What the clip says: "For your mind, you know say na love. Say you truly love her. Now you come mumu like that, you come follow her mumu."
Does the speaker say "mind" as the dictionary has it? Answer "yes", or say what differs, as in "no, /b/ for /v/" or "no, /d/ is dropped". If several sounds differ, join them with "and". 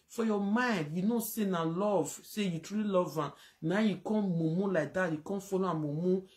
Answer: yes